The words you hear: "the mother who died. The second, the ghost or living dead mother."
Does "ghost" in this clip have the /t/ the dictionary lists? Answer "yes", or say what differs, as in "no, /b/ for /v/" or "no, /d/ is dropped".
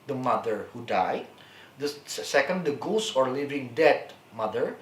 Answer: no, /t/ is dropped